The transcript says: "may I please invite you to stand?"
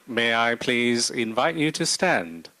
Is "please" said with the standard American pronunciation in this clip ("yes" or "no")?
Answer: yes